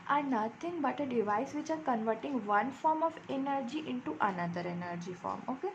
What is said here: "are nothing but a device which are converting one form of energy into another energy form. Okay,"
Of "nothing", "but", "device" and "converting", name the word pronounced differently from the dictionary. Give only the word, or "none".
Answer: nothing